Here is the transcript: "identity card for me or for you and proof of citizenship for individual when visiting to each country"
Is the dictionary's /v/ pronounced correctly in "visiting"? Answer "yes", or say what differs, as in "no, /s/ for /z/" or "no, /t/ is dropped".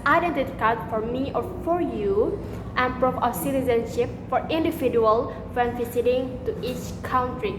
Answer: no, /f/ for /v/